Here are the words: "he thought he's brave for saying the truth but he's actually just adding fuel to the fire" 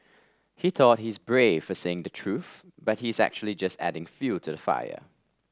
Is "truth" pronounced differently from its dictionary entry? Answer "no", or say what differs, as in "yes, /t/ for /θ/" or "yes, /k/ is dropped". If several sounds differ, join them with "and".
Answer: no